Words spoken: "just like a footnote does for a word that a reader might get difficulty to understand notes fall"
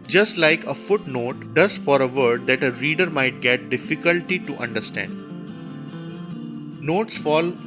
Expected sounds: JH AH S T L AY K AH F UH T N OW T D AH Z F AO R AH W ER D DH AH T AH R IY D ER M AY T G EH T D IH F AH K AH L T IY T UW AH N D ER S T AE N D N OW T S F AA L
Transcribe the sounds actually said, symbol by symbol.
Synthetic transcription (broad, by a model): JH AH S T L AY K AH F UH T N OW T D AH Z F AO R AH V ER D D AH T AH R IY D ER M AY T G EH T D IH F AH K AH L T IY T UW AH N D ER S T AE N D N OW T S F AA L